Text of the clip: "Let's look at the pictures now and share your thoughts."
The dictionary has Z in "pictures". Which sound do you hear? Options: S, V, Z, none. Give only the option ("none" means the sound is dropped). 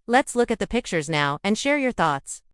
Z